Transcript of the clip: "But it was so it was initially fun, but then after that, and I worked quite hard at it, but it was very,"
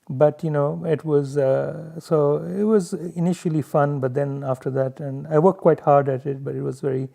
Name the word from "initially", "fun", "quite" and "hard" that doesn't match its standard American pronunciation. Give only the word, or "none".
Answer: none